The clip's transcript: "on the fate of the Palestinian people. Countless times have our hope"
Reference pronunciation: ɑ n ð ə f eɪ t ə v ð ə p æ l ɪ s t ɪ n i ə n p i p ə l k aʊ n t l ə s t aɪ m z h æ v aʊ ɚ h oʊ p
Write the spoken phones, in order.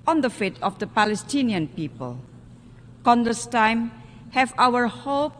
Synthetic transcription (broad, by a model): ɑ n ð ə f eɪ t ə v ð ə p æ l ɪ s t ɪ n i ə n p i p ə l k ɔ n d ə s t aɪ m h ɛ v aʊ ɚ h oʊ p